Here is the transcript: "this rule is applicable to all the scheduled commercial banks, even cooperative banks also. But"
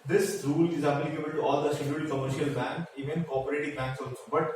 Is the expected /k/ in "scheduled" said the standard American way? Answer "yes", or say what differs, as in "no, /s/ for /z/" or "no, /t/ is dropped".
no, /k/ is dropped